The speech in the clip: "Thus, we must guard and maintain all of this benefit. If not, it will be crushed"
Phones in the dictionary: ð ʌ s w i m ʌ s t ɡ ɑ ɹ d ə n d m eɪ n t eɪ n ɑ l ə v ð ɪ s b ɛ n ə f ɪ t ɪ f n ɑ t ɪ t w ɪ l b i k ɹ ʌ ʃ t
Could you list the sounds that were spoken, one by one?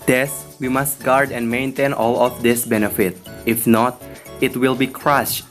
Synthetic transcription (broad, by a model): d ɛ s w i m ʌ s t ɡ ɑ ɹ d ə n d m eɪ n t eɪ n ɑ l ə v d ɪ s b ɛ n ə f ɪ t ɪ f n ɑ t ɪ t w ɪ l b i k ɹ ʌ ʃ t